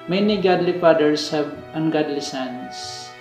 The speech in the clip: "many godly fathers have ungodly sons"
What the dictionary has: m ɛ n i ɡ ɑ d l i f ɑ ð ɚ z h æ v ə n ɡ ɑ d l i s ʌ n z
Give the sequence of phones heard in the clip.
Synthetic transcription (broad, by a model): m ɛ n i ɡ ɑ d l i p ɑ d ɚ s h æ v ə n ɡ ɑ d l i s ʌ n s